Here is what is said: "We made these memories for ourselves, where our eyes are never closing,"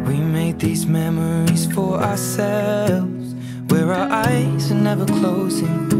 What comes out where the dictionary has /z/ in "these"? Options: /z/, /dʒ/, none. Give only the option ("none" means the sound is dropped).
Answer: /z/